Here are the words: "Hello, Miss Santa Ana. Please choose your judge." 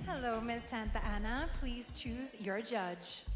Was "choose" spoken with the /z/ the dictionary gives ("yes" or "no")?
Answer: yes